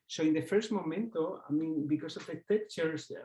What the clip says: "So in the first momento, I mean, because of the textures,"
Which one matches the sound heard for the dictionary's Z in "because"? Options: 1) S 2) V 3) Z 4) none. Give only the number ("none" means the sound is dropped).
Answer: 1